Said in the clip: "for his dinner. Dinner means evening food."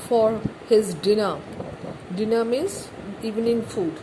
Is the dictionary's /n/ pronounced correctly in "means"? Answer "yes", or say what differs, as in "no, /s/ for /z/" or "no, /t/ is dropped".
no, /n/ is dropped